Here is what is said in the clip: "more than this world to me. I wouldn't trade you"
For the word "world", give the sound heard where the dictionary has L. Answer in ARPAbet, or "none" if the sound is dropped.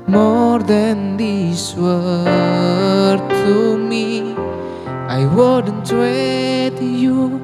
none